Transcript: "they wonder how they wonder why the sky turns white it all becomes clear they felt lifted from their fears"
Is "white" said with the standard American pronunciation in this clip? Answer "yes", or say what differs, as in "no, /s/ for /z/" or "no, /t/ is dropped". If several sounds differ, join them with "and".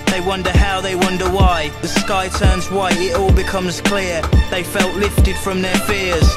no, /t/ is dropped